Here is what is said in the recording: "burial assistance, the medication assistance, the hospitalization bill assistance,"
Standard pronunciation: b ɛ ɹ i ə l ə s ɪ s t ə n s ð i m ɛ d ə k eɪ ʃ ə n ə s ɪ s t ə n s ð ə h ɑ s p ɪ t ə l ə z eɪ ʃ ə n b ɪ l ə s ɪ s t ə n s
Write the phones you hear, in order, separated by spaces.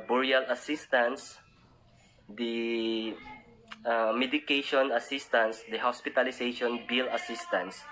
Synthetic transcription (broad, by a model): b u ɹ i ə l ə s ɪ s t ə n s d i m ɛ d ə k eɪ ʃ ə n ə s ɪ s t ə n s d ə h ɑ s p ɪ t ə l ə s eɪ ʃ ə n b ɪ l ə s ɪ s t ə n s